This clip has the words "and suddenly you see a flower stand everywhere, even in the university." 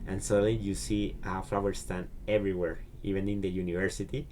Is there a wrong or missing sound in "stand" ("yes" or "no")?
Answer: yes